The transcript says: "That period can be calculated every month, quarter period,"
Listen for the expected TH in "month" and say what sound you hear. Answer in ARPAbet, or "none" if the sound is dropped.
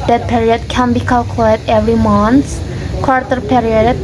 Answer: S